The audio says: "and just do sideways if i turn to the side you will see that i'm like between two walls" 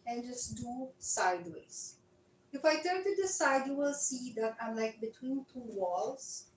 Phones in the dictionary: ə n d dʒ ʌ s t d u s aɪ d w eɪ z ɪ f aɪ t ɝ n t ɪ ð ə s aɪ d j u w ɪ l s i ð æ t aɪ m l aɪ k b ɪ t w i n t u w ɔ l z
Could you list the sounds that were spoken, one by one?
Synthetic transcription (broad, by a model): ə n dʒ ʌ s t d u s aɪ d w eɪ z ɪ f aɪ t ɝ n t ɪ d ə s aɪ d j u w ɪ l s i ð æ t aɪ m l aɪ k b ɪ t w i n t u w ɔ l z